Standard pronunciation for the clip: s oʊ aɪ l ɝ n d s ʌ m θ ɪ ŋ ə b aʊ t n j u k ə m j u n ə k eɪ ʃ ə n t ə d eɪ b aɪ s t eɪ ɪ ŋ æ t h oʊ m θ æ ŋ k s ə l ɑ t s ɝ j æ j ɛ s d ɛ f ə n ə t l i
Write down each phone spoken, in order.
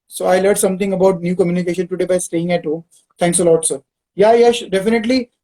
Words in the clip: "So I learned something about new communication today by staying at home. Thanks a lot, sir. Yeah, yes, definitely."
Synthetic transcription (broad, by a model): s oʊ aɪ l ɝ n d s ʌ m t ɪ ŋ ə b aʊ t n j u k ə m j u n ə k eɪ ʃ ə n t ə d eɪ b aɪ s t eɪ ɪ ŋ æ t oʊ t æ ŋ k s ə l ɑ t s ɝ j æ j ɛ ʃ d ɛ f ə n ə t l i